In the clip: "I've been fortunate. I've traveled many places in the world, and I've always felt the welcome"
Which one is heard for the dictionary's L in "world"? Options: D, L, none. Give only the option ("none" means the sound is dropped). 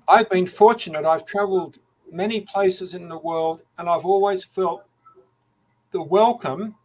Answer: L